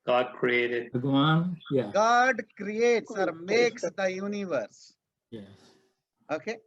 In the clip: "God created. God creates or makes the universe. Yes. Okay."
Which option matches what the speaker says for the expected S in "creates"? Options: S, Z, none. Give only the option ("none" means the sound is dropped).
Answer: S